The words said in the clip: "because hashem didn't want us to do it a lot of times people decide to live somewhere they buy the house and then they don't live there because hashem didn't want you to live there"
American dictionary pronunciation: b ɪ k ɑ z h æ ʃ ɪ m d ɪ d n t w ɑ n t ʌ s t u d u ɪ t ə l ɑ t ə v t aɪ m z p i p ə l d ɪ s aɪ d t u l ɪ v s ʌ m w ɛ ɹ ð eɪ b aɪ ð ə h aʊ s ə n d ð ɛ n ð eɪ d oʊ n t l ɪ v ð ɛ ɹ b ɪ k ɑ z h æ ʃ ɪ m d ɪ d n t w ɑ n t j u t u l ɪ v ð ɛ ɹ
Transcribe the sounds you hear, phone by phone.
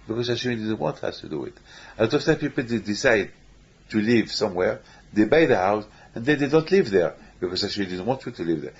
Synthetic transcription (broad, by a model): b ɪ k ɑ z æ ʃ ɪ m d ɪ d n t w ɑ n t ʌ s t u d u ɪ t ə l ɑ t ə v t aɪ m p i p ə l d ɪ s aɪ d t u l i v s ʌ m w ɛ ɹ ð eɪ b aɪ ð ə h aʊ s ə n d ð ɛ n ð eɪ d oʊ n t l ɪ v ð ɛ ɹ b ɪ k ɑ z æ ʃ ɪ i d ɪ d n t w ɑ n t j u t u l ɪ v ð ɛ ɹ